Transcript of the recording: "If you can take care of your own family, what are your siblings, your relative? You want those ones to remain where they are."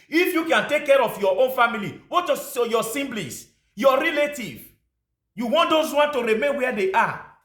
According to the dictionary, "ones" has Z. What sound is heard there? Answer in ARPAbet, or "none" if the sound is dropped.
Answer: none